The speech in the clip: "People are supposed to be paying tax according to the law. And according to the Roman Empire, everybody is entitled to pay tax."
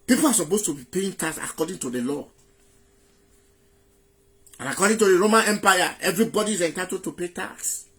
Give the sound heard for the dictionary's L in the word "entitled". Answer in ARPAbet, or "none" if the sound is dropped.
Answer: none